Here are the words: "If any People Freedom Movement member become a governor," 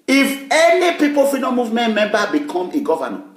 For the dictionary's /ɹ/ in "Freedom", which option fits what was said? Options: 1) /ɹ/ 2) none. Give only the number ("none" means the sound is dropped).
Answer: 2